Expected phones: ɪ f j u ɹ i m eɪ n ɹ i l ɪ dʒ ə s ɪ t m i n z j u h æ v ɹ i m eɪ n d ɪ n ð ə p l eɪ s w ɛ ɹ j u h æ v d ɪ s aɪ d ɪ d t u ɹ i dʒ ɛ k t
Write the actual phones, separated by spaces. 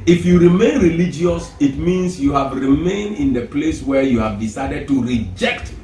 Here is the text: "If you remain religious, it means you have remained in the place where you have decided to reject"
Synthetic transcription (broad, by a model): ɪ f j u ɹ i m eɪ n ɹ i l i dʒ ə s ɪ t m i n s j u h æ v ɹ i m eɪ n d ɪ n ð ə p l eɪ s w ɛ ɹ j u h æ v d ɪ s aɪ d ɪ d t u ɹ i dʒ ɛ k t